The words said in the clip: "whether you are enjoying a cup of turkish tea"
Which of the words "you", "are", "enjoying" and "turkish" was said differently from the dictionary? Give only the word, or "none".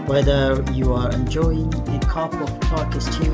turkish